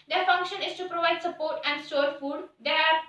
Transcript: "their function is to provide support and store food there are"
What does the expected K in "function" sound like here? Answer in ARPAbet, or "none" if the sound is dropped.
K